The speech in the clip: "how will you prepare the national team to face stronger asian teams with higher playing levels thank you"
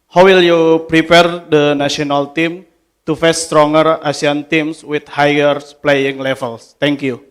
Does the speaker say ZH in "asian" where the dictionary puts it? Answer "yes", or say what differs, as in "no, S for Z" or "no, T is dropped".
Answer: no, S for ZH